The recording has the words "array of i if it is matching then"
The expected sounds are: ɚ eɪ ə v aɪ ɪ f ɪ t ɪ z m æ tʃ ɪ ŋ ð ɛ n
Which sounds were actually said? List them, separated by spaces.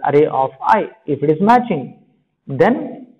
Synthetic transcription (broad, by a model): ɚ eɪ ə f aɪ ɪ f ɪ t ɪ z m æ tʃ ɪ ŋ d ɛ n